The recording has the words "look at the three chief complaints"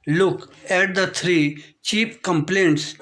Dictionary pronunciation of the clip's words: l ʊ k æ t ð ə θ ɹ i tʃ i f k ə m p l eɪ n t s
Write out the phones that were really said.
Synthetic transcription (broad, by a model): l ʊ k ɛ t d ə t ɹ i tʃ i p k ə m p l eɪ n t s